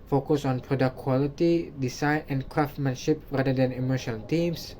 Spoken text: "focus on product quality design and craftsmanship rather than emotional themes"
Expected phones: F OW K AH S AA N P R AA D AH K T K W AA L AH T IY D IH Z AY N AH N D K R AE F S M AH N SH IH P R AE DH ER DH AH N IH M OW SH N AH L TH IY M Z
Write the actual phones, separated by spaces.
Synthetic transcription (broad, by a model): F OW K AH S AA N P R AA D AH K K W AA L AH T IY D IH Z AY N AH N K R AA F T M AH N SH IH P R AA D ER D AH N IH M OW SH AH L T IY M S